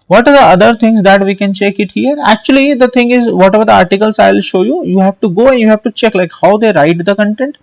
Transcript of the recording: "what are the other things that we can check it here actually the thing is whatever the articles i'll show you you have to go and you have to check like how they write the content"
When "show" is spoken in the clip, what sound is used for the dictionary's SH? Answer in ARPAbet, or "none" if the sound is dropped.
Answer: SH